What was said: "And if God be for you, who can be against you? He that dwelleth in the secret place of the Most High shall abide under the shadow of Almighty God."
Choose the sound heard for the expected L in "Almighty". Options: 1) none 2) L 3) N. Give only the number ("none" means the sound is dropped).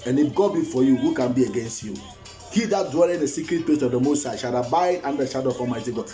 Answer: 1